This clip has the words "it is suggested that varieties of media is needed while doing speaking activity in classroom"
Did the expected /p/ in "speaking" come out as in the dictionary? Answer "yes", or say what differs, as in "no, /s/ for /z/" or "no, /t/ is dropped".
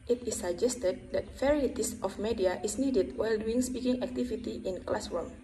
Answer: yes